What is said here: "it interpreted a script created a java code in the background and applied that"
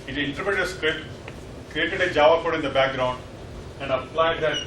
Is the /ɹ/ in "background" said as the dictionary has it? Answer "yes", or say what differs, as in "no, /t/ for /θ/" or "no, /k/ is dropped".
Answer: yes